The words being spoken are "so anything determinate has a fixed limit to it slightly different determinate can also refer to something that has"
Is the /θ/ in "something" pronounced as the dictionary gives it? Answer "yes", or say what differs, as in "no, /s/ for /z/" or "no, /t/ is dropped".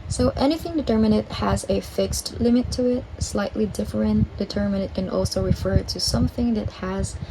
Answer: yes